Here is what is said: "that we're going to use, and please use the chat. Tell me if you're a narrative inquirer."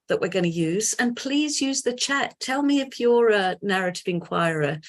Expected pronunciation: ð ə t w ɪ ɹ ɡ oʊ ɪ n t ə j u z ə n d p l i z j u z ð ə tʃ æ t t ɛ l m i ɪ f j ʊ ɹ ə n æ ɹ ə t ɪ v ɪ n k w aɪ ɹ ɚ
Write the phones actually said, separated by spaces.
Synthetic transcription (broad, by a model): ð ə t w ɪ ɹ ɡ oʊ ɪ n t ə j u z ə n p l i z j u z ð ə tʃ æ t t ɛ l m i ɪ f j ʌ ɹ ə n æ ɹ ə t ɪ v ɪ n k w aɪ ɹ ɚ